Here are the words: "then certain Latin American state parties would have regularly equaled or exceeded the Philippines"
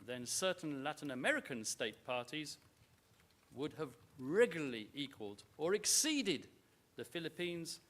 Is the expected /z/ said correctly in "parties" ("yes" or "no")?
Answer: yes